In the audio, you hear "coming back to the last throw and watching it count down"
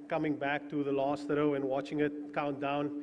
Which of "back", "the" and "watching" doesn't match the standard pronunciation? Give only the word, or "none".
none